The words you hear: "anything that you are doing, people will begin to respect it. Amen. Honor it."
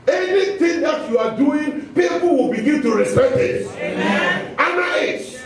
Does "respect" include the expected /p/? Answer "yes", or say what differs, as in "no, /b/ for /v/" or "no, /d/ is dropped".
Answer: no, /p/ is dropped